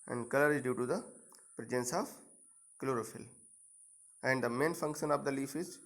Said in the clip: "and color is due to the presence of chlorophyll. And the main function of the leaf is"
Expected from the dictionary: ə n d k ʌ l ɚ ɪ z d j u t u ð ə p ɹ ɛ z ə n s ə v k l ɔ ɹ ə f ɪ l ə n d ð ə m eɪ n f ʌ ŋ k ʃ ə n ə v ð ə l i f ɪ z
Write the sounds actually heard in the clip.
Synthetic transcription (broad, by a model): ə n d k ʌ l ɚ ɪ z d j u t u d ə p ɹ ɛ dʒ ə n s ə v k l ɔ ɹ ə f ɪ l ə n d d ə m eɪ n f ʌ ŋ k ʃ ə n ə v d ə l i f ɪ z